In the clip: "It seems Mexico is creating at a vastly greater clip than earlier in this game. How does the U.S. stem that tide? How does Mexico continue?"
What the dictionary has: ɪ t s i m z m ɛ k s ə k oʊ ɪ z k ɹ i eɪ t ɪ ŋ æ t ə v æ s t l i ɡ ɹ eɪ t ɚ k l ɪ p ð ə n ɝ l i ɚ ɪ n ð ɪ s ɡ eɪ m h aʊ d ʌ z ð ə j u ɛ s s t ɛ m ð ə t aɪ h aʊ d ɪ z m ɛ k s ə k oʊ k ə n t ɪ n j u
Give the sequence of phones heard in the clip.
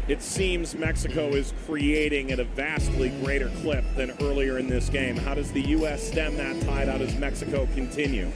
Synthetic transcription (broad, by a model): ɪ t s i m z m ɛ k s ə k oʊ ɪ z k ɹ i eɪ t ɪ ŋ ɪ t ə v æ s t l i ɡ ɹ eɪ t ɚ k l ɪ p ð ə n ɝ l i ɚ ɪ n ð ɪ s ɡ eɪ m h aʊ d ʌ z ð ə j u ɛ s s t ɛ m ð ə t aɪ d aʊ d ɪ z m ɛ k s ə k oʊ k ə n t ɪ n j u